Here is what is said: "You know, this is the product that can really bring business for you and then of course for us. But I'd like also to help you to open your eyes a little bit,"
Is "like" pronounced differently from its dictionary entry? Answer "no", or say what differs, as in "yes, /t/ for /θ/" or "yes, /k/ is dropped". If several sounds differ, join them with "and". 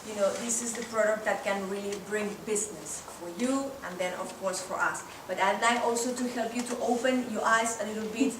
yes, /k/ is dropped